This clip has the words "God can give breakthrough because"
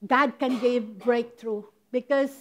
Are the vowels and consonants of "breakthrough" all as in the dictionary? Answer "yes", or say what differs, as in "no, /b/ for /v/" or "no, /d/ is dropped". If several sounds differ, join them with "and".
no, /t/ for /θ/